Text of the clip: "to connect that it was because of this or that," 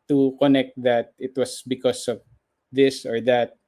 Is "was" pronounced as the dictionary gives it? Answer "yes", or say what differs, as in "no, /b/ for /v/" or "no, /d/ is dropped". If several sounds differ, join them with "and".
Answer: no, /s/ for /z/